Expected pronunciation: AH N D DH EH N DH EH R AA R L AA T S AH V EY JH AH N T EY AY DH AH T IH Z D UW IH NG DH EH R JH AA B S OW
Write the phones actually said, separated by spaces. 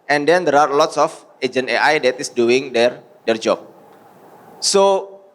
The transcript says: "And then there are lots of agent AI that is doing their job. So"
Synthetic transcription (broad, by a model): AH N D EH N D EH R AA R L AA T S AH F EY JH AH N EY AY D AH T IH S D UW IH NG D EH R JH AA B S OW